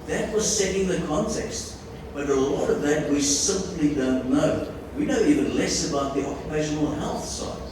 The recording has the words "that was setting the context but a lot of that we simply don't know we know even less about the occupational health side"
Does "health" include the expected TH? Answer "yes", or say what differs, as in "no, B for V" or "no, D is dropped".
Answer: yes